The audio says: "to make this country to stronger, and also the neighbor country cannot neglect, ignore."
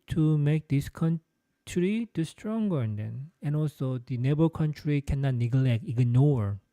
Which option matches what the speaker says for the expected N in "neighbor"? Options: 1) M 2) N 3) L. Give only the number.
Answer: 2